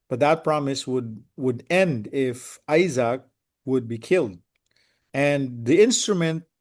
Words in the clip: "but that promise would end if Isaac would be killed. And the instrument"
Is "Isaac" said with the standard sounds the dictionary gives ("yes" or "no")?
yes